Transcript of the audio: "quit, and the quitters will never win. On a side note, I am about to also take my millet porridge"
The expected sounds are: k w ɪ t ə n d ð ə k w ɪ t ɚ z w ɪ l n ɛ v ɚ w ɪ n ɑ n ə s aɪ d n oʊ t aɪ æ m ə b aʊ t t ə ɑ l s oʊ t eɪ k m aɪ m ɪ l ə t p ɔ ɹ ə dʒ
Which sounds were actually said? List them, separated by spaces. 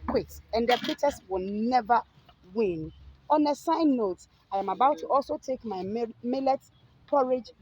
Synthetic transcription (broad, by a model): k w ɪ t ə n d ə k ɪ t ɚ s w ɪ l n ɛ v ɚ w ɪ n ɑ n ə s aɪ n oʊ t aɪ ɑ m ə b aʊ t t ɑ l s oʊ t eɪ k m aɪ m ɪ l ə t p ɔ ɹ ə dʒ